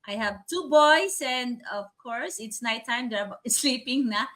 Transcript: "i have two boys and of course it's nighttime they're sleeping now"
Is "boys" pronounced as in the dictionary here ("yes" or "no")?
no